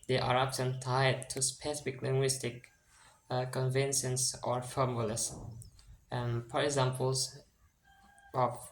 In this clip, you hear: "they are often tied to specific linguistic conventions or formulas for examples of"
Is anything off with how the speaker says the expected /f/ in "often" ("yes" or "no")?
yes